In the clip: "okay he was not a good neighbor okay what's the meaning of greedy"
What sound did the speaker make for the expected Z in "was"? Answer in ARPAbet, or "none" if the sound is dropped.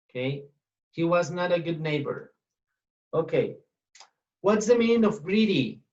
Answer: Z